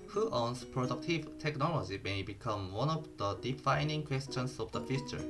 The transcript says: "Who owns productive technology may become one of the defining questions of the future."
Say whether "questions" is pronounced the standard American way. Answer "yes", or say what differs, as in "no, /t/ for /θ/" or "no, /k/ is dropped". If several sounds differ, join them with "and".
no, /s/ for /z/